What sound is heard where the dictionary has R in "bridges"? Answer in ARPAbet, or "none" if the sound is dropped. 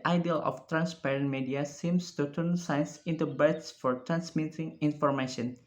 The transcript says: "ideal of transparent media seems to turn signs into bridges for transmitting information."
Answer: none